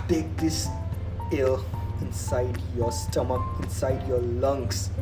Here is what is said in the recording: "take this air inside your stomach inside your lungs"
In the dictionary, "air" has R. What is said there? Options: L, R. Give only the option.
L